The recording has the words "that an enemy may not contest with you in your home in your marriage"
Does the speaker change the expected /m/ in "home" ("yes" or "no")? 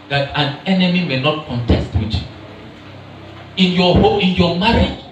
yes